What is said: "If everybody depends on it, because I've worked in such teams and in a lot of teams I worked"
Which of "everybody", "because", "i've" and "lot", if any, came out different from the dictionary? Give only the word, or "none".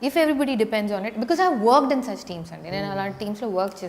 lot